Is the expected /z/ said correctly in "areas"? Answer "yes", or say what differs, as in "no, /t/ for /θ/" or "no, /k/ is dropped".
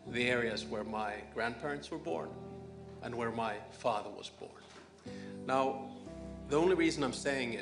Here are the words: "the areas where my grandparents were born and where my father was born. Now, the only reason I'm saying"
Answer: yes